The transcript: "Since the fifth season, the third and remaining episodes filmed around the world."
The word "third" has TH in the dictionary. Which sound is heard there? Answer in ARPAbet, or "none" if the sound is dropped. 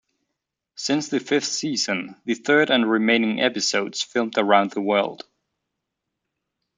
TH